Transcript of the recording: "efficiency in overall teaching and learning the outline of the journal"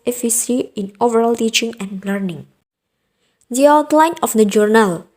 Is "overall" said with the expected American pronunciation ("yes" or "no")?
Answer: yes